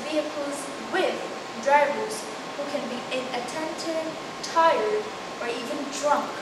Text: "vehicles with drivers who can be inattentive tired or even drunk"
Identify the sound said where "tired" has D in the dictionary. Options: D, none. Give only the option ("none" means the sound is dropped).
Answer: D